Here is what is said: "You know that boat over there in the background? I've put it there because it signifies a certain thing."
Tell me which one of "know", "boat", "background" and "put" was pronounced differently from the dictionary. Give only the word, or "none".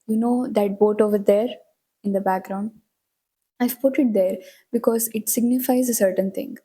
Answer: none